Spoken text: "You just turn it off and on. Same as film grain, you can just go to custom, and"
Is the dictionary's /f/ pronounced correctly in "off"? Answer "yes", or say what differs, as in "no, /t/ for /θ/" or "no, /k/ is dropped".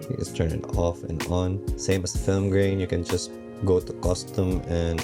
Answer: yes